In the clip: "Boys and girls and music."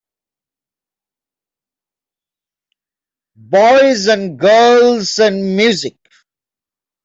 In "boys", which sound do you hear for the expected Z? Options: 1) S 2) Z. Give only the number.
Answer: 2